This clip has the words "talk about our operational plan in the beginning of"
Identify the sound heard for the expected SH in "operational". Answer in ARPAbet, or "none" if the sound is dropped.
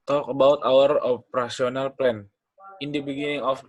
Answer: S